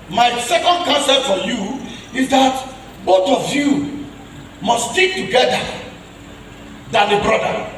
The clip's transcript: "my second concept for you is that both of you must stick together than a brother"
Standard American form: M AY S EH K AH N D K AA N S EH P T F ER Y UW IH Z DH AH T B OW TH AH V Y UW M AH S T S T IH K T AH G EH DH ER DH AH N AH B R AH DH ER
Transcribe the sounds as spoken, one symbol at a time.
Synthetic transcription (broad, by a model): M AY S EH K AH N D K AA N S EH T F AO Y UW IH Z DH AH T B OW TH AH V Y UW M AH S S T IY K T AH G EH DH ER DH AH N AH B R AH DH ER